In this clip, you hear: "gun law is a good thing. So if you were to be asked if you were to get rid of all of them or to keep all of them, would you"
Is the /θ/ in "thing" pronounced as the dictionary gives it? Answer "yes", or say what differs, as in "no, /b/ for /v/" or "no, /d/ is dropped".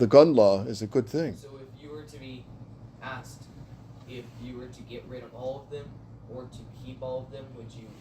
yes